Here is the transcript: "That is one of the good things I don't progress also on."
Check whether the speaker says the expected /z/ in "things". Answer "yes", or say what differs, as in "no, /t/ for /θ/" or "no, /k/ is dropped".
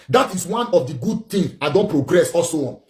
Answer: no, /z/ is dropped